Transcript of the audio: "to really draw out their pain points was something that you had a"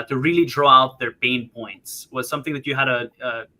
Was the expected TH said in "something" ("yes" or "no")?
yes